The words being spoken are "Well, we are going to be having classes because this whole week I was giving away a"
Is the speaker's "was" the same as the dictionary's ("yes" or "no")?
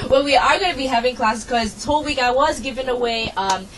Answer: yes